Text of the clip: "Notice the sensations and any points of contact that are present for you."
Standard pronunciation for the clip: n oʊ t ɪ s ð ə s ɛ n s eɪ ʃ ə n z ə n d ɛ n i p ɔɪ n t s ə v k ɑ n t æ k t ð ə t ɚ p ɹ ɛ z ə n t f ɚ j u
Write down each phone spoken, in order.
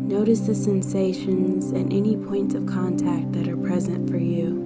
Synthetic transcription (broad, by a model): n oʊ t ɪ s ð ə s ɛ n s eɪ ʃ ə n z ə n ɛ n i p ɔɪ n t s ə v k ɑ n t æ k t ð ə t ɚ p ɹ ɛ z ə n t f ɚ j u